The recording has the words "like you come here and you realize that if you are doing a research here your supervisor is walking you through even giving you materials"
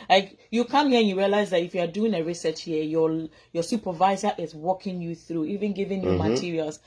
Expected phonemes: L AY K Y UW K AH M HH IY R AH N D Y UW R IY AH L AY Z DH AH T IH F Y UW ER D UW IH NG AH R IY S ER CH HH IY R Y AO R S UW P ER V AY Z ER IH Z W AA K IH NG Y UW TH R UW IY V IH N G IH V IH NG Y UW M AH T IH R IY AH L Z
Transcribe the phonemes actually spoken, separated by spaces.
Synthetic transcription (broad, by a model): L AY K Y UW K AH M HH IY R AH N Y UW R IY AH L AY Z DH AH T IH F Y UW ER D UW IH NG AH R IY S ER CH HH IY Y Y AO S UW P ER V AY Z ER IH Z W AA K IH NG Y UW TH R UW IY V IH N G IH V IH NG Y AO M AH T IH R IY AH L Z